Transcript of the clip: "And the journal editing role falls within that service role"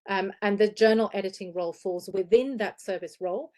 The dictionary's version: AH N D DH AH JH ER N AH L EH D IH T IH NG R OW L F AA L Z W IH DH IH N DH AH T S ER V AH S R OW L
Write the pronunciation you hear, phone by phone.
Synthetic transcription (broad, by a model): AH N DH AH JH ER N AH L EH D IH T IH NG R OW L F AA L Z W IH DH IH N DH AH T S ER V AH S R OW L